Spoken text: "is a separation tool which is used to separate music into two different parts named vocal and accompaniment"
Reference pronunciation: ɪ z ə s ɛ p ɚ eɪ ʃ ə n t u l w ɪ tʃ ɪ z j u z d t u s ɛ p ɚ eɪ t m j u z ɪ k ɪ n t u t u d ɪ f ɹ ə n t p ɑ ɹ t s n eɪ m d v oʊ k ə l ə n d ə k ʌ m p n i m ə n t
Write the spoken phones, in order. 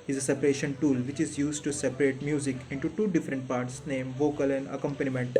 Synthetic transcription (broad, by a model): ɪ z ə s ɛ p ɚ eɪ ʃ ə n t u l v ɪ tʃ ɪ z j u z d t u s ɛ p ɚ eɪ t m j u z ɪ k ɪ n t u t u d ɪ f ɹ ə n t p ɑ ɹ t s n eɪ m v oʊ k ə l ə n d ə k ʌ m p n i m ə n t